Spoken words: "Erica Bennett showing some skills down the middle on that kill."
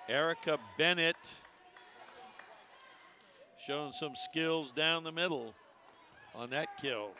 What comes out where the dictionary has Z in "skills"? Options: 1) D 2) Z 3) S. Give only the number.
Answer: 2